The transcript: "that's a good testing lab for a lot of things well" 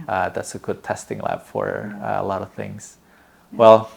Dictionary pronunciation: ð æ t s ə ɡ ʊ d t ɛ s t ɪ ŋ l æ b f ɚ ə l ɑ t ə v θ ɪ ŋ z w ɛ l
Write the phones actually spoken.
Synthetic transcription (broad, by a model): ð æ t s ə ɡ ʊ d t ɛ s t ɪ ŋ l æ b f ɚ ə l ɑ t ə v θ ɪ ŋ z w ɛ l